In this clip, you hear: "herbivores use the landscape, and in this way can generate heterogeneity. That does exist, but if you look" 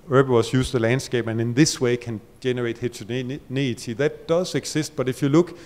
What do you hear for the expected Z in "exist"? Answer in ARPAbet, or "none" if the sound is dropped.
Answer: S